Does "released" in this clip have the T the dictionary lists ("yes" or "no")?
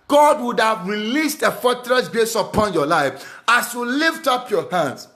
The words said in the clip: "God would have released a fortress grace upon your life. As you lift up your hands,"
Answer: yes